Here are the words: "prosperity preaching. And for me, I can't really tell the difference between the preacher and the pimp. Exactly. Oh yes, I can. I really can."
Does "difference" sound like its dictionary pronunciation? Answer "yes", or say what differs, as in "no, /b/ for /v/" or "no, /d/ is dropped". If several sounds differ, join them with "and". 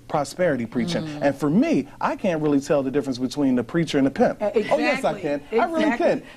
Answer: yes